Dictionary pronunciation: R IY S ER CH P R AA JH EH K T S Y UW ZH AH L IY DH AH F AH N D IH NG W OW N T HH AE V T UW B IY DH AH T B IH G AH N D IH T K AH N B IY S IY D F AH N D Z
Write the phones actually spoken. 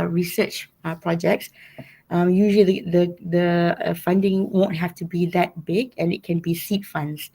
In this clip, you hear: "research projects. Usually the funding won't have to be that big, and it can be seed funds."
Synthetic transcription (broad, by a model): R IY S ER CH P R AA JH EH K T S Y UW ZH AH L IY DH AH F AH N D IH NG W OW N T HH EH F T UW B IY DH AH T B IH G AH N IH T K AH N B IY S IY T F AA N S